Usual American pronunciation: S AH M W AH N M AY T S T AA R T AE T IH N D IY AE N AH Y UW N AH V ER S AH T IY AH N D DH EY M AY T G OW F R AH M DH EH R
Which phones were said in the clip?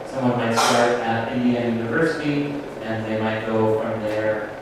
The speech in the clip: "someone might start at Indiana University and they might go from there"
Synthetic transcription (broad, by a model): S AH M W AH N M AY T S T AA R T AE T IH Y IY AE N Y UW N AH V ER S AH T IY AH N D DH EY M AY T G OW F R AH M DH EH R